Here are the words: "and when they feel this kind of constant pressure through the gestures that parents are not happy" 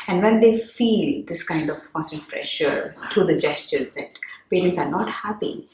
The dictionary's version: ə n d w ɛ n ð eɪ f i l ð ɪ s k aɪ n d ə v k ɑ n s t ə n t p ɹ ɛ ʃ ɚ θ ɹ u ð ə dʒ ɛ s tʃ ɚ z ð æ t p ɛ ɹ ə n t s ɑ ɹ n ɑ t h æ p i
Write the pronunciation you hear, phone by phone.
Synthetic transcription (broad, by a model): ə n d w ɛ n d eɪ f i l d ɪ s k aɪ n d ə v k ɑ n s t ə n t p ɹ ɛ ʃ ɚ t ɹ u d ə dʒ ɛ s tʃ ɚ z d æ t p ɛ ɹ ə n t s ɑ ɹ n ɑ t h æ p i